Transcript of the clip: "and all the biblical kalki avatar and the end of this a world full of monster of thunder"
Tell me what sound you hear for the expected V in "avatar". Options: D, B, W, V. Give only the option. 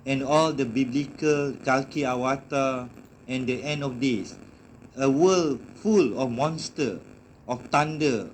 W